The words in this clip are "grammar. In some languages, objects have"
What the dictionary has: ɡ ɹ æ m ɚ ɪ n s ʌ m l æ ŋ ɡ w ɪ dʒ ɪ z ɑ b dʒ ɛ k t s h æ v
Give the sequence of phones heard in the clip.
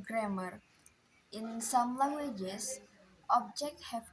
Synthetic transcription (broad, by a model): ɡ ɹ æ m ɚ ɪ n s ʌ m l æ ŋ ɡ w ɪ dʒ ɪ s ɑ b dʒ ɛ k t h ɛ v